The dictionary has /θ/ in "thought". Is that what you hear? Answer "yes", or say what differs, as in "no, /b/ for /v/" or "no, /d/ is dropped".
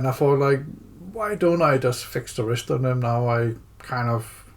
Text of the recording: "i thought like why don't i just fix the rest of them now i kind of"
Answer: no, /f/ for /θ/